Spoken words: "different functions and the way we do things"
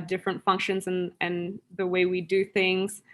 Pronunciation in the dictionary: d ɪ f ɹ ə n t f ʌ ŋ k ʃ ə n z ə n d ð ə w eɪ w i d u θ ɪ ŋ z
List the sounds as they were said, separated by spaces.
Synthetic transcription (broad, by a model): d ɪ f ɹ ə n t f ʌ ŋ k ʃ ə n z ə n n ð ə w eɪ w i d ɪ θ ɪ ŋ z